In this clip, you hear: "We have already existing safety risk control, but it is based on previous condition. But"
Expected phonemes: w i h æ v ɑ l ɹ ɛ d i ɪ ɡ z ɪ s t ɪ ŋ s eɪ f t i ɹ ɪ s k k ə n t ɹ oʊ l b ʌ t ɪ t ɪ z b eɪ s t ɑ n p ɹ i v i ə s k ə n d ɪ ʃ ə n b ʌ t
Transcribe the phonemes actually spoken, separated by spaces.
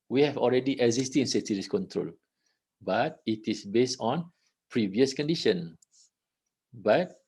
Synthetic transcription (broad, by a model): w i h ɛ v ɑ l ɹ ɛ d i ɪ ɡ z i s t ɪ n s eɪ t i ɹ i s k k ə n t ɹ oʊ l b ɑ t ɪ t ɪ s b eɪ s t ɑ n p ɹ i v i ə s k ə n d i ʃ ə n b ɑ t